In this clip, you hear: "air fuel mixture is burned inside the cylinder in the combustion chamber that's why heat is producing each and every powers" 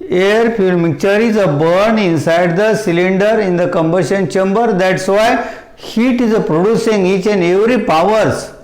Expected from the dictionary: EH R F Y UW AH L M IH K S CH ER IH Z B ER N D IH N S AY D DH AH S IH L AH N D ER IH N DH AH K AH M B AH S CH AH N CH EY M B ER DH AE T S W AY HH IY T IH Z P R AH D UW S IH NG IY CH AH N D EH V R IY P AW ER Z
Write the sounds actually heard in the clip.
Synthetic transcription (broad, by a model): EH R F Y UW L M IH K CH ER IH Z B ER N IH N S AY D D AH S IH L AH N D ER IH N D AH K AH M B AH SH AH N CH EY M B ER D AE T S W AY HH IY T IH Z P R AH D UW S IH NG IY CH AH N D EH V R IY P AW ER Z